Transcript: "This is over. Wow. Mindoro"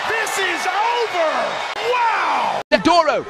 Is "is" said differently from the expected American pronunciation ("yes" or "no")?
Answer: no